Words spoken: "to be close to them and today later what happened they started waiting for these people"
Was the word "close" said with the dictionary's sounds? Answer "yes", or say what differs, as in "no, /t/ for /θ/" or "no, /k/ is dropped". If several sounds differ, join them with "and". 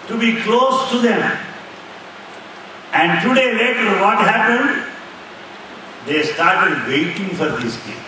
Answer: yes